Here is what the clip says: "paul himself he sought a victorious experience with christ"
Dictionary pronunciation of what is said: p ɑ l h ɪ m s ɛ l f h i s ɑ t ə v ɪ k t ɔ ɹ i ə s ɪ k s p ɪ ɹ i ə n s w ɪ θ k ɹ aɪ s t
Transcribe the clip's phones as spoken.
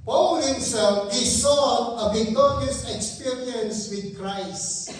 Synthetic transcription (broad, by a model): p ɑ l h ɪ m s ɛ l f h i s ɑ ə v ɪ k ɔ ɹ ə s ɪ k s p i ɹ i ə n s w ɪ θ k ɹ aɪ s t